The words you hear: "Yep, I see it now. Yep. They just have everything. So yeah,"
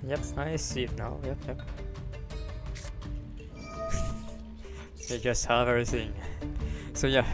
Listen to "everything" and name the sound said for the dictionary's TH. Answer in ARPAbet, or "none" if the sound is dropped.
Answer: TH